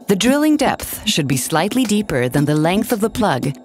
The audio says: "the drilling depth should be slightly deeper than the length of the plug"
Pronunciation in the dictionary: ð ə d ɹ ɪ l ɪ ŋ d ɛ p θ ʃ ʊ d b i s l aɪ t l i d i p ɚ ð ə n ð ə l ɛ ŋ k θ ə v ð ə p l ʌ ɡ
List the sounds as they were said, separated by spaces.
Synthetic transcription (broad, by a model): ð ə d ɹ ɪ l ɪ ŋ d ɛ p θ ʃ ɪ d b i s l aɪ t l i d i p ɚ ð ə n ð ə l ɛ ŋ k θ ə v ð ə p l ʌ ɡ